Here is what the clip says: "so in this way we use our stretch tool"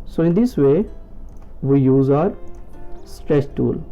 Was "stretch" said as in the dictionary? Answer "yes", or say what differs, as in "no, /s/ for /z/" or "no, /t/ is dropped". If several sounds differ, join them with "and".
no, /s/ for /tʃ/